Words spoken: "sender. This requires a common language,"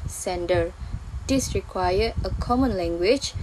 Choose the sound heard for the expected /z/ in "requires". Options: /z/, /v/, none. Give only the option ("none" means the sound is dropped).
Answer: none